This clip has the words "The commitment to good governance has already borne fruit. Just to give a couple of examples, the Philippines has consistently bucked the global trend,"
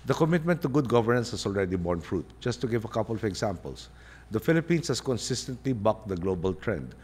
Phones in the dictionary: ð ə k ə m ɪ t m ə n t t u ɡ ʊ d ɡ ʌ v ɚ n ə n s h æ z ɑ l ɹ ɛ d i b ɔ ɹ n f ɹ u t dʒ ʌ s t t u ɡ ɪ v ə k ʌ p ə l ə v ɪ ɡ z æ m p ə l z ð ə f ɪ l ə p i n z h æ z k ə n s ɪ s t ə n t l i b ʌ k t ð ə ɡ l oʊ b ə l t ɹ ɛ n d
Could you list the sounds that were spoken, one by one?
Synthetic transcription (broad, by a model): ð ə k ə m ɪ t m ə n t t u ɡ ʊ d ɡ ʌ v ɚ n ə n s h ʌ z ɑ l ɹ ɛ d i b ɔ ɹ n f ɹ u t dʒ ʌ s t t u ɡ ɪ v ə k ʌ p ə l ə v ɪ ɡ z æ m p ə l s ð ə f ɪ l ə p i n s h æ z k ə n s ɪ s t ə n t l i b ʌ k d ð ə ɡ l oʊ b ə l t ɹ ɛ n d